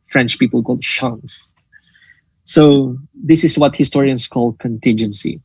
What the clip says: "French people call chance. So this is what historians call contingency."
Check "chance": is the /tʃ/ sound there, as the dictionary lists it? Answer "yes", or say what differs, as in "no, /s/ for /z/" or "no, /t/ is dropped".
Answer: no, /ʃ/ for /tʃ/